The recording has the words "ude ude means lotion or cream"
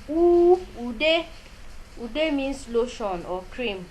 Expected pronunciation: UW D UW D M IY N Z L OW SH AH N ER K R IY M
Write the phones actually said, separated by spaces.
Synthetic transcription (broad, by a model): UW D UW D M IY N S L OW SH AH N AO K R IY M